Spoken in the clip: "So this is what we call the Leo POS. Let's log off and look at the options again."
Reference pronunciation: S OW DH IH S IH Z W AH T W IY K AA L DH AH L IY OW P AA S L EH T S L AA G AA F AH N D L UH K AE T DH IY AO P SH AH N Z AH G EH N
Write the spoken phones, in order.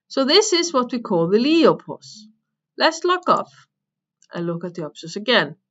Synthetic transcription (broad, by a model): S OW DH IH S IH Z W AH T W IY K AA L DH AH L IY OW P AA S L EH T S L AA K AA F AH N L UH K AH T DH IY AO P S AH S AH G EH N